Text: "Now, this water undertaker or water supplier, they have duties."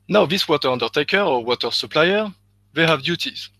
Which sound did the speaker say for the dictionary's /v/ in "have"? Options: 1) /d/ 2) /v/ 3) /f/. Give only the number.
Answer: 2